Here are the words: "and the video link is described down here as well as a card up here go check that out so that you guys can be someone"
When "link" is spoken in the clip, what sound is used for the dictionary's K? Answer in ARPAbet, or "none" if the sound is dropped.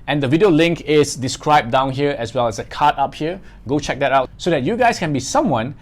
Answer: K